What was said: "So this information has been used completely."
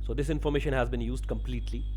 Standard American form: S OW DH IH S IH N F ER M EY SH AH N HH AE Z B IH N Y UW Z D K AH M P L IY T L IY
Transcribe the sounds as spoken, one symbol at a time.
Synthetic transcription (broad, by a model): S OW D IH S IH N F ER M EY SH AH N HH AE Z B IH N Y UW Z D K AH M P L IY T L IY